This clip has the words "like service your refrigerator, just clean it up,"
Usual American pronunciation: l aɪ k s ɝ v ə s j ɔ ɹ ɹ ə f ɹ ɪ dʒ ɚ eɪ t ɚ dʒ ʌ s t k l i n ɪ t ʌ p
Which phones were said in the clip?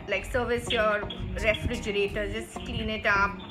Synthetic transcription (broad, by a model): l aɪ k s ɝ v ə s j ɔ ɹ ɹ ə f ɹ ɪ dʒ ɚ eɪ t ɚ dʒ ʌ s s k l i n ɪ t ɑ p